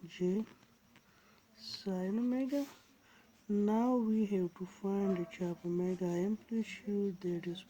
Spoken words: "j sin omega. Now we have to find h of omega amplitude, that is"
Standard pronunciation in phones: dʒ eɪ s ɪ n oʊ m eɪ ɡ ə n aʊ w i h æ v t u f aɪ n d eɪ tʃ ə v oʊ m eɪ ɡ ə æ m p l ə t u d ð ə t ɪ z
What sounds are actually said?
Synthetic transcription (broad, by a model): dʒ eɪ s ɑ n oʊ m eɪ ɡ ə n aʊ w i h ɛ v t u f aɪ n d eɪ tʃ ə p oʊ m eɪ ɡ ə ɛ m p l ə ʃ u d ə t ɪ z